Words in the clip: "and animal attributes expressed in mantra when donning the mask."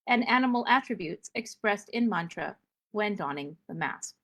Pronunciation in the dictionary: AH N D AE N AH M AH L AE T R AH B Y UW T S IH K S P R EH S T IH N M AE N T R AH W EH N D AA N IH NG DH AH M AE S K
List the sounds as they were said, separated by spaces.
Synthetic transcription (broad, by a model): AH N AE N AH M L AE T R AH B Y UW T S IH K S P R EH S T IH N M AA N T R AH W EH N D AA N IH NG DH AH M AE S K